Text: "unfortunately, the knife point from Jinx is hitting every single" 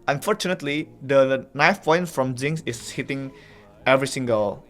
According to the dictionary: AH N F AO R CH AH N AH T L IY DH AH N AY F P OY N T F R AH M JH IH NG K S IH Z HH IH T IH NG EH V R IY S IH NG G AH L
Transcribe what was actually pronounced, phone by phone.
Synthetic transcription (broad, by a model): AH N F AO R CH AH N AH T L IY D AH N AY F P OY N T F R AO M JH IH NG S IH S HH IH T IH NG EH V R IY S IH NG G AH L